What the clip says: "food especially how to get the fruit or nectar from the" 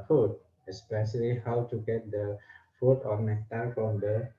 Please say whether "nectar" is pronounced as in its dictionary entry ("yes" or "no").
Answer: no